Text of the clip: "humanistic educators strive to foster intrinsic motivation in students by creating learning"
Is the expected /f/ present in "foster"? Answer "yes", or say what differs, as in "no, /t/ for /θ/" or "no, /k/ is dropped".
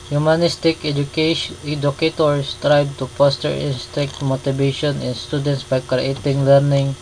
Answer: no, /p/ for /f/